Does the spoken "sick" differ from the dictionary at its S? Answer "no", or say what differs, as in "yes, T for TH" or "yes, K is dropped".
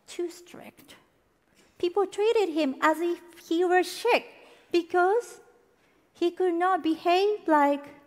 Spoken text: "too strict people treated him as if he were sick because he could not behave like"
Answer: yes, SH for S